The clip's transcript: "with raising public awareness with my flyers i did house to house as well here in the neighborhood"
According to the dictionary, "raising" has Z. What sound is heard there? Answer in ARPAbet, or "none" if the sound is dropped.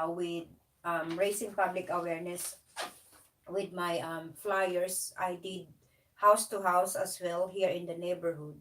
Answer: S